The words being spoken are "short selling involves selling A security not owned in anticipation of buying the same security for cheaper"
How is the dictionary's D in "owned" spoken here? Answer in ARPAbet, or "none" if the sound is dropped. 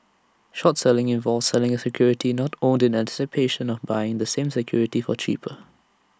D